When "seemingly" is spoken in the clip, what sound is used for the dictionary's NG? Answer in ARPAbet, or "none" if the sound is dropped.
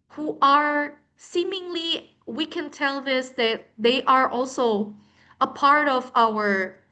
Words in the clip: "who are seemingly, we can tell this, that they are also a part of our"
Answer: NG